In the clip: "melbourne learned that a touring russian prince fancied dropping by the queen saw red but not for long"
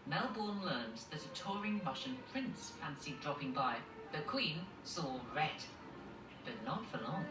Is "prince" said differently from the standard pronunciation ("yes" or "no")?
no